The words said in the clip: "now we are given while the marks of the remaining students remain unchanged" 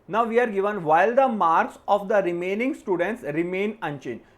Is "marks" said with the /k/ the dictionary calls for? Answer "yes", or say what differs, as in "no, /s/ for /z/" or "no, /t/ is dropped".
yes